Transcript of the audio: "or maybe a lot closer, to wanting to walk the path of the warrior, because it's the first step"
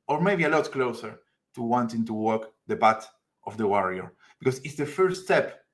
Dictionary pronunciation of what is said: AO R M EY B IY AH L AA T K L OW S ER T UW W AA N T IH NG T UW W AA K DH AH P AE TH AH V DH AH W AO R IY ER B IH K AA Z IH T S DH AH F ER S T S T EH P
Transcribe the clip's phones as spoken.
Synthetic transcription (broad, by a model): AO R M EY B IY AH L AA T K L OW S ER T UW W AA N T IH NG T UW W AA K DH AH B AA T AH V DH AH W AO R IY ER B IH K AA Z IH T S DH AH F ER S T S T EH P